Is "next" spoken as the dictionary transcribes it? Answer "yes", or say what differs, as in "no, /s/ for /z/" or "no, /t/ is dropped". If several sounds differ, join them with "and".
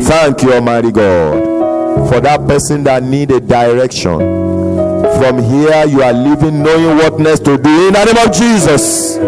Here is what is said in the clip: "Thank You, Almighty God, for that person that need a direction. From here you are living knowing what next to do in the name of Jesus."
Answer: no, /k/ is dropped